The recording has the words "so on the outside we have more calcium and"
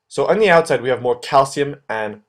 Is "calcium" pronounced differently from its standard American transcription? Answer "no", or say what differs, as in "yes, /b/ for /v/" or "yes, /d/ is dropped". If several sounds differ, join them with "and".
no